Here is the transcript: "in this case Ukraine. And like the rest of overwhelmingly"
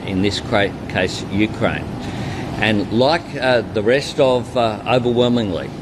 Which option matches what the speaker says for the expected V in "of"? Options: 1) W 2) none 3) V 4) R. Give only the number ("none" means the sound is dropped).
3